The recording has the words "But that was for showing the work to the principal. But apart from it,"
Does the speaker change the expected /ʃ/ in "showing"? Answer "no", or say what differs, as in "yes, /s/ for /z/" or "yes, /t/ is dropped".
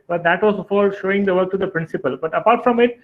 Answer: no